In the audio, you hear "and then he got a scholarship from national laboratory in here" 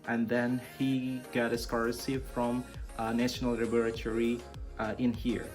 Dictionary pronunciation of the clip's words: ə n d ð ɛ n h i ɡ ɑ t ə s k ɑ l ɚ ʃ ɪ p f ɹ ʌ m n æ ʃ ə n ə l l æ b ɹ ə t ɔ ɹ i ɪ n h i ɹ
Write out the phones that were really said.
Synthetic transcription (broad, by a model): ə n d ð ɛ n h i ɡ ɑ t ə s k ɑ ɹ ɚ s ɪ f ɹ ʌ m n æ ʃ ə n ə l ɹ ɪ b ɹ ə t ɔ ɹ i ɪ n h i ɹ